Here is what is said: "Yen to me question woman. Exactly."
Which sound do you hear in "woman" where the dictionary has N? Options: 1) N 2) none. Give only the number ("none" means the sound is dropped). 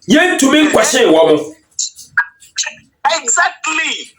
2